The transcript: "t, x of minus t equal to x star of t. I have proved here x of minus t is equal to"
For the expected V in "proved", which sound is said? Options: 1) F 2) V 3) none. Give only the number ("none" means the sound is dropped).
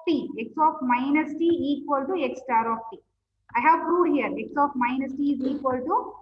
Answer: 3